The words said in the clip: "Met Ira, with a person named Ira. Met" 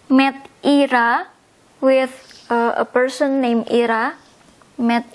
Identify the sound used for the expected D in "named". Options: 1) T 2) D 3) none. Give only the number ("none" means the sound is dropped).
3